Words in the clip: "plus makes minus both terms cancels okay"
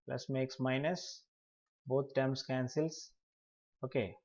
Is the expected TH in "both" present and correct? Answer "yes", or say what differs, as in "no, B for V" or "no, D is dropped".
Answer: no, T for TH